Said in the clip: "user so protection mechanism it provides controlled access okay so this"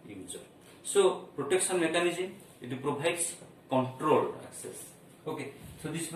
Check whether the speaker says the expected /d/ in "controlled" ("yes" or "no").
no